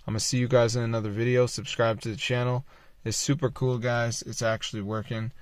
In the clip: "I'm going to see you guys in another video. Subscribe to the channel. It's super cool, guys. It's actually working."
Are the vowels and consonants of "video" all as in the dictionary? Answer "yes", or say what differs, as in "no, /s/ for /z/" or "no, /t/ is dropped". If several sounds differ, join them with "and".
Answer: yes